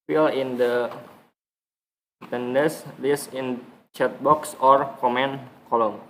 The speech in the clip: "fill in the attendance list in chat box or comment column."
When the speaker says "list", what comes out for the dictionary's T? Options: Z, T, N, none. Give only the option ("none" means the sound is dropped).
none